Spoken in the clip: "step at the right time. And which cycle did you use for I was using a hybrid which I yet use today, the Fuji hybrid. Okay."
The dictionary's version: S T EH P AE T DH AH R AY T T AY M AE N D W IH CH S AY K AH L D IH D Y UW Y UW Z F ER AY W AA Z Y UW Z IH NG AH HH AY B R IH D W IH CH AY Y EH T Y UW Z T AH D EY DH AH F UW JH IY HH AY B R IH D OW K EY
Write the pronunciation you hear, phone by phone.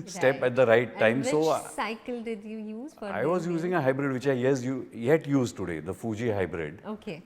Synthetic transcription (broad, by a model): S T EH P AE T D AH R AY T T AY M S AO S AY K AH L D IH D Y UW Y UW Z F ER AY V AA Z Y UW Z IH NG AH HH AY B R IH D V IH CH AY Y EH T Y UW Z T AH D EY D AH F UW JH IY HH AY B R IH D OW K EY